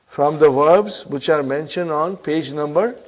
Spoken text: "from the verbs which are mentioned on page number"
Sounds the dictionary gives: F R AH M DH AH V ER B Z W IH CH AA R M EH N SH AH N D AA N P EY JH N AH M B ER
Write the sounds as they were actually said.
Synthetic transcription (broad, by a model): F R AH M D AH V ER B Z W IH CH AA R M EH N SH AH N D AA N P EY JH N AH M B ER